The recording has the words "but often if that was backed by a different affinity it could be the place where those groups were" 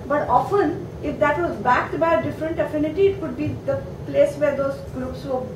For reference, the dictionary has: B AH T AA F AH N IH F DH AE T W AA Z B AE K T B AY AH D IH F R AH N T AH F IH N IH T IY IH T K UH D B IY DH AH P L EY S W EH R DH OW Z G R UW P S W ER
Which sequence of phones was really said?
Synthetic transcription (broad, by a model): B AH T AA F AH N IH F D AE T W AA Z B AE K T B AY AH D IH F R AH N T AH F IH N IH T IY IH T K UH D B IY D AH P L EY S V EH R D OW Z G R UW P S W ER